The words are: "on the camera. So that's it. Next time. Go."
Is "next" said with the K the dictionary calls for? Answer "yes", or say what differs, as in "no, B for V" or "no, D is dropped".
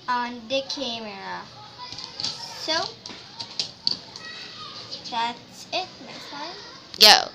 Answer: no, K is dropped